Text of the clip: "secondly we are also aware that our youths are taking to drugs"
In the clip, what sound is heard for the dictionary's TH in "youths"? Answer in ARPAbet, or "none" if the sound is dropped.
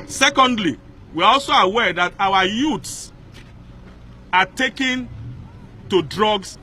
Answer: T